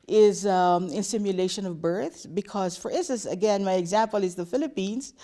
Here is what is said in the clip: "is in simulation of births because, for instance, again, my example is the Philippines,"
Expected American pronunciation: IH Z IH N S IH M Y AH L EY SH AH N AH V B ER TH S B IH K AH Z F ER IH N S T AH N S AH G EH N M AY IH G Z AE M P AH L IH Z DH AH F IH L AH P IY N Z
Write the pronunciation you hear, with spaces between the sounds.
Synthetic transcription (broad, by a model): IH Z IH N S IH M Y AH L EY SH AH N AH V B ER TH B IH K AH Z F ER IH N S T AH N S AH G EH N M AY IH G Z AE M P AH L IH Z DH AH F IH L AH P IY N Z